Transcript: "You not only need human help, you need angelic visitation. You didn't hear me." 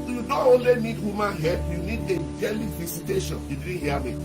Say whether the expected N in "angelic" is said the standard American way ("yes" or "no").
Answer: no